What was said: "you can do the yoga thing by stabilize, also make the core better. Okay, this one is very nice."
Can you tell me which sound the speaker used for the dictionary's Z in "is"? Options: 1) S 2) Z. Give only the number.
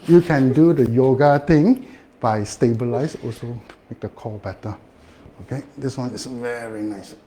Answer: 1